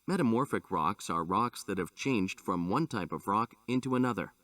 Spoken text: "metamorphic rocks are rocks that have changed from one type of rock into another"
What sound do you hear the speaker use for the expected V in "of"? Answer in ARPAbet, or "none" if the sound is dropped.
V